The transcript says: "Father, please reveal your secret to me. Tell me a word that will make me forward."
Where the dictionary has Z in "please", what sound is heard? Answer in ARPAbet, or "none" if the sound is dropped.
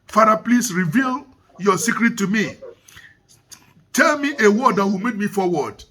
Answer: S